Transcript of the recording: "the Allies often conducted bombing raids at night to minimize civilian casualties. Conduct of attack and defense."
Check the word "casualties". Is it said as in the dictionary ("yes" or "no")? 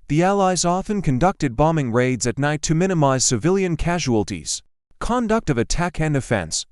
yes